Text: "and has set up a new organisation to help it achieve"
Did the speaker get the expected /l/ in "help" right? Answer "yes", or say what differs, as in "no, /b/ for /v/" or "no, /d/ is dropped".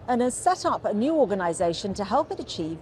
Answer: yes